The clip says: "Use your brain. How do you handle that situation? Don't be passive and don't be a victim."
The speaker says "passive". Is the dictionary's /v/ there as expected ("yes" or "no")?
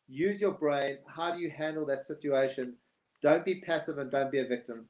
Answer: yes